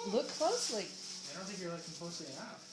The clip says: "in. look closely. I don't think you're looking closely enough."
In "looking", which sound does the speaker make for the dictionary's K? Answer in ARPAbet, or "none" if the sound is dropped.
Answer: none